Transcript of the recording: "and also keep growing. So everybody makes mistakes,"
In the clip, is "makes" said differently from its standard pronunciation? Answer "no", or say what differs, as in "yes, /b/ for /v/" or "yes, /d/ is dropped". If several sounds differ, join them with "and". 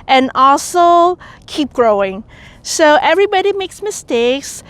no